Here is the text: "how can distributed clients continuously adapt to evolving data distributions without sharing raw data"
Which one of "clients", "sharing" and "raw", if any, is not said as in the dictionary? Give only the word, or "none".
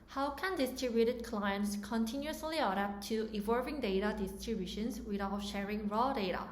none